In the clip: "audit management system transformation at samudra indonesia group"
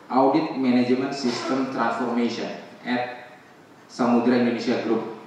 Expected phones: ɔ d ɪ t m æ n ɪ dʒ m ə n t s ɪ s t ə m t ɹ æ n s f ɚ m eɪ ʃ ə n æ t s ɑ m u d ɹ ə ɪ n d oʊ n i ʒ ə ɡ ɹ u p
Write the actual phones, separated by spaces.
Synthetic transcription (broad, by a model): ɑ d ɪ t m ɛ n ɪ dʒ m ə n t s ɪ s t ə m t ɹ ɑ n s f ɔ m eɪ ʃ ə n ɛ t s ɑ m u d ɹ ə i n d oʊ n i ʃ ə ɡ ɹ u p